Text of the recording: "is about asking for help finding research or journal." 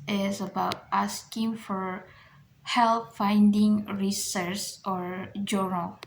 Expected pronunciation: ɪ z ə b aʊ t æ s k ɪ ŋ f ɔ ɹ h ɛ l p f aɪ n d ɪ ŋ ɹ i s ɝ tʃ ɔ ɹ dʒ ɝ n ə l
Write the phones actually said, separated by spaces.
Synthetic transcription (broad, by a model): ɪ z ə b aʊ t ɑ s k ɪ ŋ f ɔ ɹ h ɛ l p f aɪ n d ɪ ŋ ɹ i s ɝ s ɔ ɹ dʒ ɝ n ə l